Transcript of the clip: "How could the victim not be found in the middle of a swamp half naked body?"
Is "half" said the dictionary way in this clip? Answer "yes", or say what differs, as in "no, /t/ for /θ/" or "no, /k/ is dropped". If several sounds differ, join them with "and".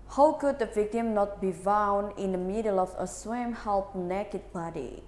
no, /p/ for /f/